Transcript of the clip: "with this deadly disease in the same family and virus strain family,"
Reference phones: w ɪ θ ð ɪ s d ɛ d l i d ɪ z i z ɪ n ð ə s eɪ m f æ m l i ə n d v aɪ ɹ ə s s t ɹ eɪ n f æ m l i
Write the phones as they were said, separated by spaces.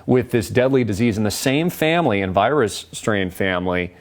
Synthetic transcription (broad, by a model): w ɪ ð ɪ s d ɛ d l i d ɪ z i z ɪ n ð ə s eɪ m f æ m l i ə n v aɪ ɹ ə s s t ɹ eɪ n f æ m l i